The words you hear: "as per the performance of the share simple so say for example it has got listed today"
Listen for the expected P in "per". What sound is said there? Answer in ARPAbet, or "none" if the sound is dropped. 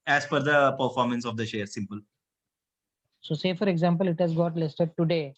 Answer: F